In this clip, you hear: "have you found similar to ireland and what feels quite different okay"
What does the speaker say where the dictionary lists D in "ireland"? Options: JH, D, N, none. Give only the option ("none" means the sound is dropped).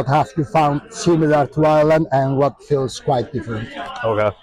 none